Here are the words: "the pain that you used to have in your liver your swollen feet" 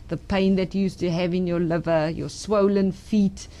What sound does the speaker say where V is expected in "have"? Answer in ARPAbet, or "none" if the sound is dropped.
V